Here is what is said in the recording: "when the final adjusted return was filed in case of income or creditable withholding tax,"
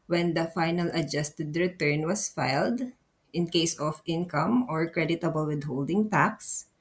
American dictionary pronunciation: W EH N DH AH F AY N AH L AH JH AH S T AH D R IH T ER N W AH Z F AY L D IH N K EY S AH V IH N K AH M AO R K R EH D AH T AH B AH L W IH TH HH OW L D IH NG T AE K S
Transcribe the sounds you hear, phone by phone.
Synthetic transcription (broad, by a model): W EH N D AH F AY N AH L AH JH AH S T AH D R IH T ER N W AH S F AY L D IH N K EY S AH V IH N K AH M AO R K R EH D AH T AH B AH L W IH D HH OW L D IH NG T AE K S